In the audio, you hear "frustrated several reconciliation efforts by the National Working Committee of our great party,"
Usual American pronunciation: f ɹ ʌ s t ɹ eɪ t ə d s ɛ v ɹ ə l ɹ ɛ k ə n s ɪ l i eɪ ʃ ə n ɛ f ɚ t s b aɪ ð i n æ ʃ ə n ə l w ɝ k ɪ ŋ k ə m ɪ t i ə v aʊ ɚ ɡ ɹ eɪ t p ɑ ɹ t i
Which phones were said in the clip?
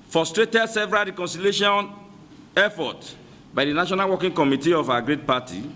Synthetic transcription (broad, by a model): f ɹ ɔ s t ɹ eɪ t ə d s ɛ v ɹ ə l ɹ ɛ k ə n s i l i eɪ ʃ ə n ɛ f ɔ t b aɪ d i n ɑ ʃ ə n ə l w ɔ k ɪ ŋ k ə m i t i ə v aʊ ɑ ɡ ɹ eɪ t p ɑ t i